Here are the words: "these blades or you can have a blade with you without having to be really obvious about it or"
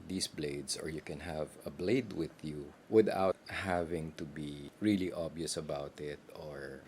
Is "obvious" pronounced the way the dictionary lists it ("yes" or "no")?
no